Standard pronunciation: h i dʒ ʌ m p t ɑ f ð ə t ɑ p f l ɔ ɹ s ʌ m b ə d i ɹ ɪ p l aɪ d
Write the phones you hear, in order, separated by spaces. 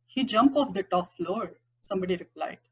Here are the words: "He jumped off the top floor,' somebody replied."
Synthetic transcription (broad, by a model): h i dʒ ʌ m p ɑ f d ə t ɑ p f l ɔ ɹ s ʌ m b ə d i ɹ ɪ p l aɪ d